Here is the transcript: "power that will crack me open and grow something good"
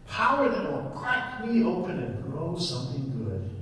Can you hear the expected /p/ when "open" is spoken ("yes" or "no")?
yes